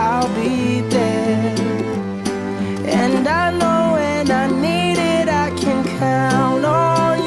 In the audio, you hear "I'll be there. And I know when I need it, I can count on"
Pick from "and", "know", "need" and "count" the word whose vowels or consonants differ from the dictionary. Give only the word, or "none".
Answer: count